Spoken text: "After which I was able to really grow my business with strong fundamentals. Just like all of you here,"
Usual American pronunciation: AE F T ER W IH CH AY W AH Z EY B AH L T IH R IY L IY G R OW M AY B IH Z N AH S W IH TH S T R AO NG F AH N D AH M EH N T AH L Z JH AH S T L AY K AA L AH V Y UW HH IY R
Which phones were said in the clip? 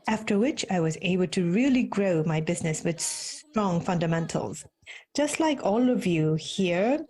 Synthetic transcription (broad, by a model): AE F T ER W IH CH AY W AH Z EY B AH L T IH R IY L IY G R OW M AY B IH Z N AH S W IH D S T R AO NG F AH N D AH M EH N T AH L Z JH AH S T L AY K AA L AH V Y UW HH IY R